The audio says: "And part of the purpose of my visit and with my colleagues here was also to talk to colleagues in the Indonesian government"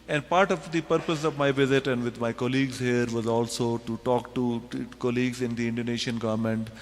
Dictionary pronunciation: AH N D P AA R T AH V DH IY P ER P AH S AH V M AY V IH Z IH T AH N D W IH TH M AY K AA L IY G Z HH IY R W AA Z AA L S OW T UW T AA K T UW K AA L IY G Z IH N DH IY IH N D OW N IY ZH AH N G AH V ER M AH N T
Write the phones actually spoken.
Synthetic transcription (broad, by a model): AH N D P AA R T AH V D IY P ER P AH S AH V M AY V IH Z IH T AH N D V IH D M AY K AA L IY G Z HH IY R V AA Z AA L S OW T UW T AA K T UW K AA L IY G Z IH N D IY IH N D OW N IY SH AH N G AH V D M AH N T